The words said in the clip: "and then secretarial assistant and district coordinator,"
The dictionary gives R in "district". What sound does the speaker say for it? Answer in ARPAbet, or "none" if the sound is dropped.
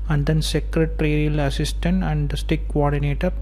none